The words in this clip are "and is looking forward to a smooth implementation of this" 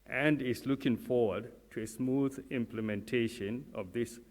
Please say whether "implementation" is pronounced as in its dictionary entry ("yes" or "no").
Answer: yes